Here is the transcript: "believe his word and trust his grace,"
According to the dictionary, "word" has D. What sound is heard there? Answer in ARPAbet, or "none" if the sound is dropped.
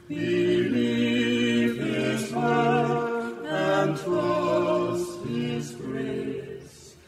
none